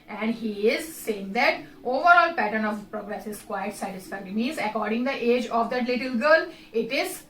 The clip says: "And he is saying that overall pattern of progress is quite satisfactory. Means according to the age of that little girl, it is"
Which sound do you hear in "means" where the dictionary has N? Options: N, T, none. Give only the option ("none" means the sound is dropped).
none